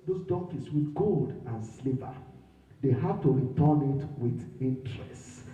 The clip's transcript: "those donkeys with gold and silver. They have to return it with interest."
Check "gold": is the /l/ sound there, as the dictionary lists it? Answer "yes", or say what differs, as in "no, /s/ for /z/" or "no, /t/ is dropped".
yes